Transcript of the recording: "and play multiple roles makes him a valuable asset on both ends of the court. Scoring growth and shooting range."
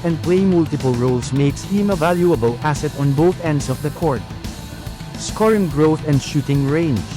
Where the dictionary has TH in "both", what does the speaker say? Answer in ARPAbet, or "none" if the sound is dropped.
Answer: TH